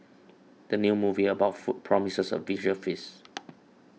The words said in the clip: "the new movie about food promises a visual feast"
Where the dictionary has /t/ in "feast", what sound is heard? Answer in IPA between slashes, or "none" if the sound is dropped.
none